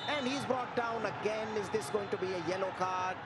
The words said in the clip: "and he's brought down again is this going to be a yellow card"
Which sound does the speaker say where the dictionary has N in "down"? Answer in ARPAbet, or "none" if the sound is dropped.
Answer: N